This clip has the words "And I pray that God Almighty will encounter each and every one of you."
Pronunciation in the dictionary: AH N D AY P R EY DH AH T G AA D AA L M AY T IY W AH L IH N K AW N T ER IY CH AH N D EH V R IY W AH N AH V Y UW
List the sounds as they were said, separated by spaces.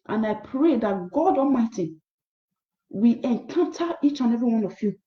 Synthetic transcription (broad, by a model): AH N AY P R EY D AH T G AA D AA M AY T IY W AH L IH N K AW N T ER IY CH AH N EH V R IY W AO N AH F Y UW